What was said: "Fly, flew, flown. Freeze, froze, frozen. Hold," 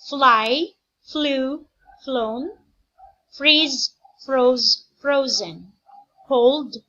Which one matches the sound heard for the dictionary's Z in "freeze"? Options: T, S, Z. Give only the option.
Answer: Z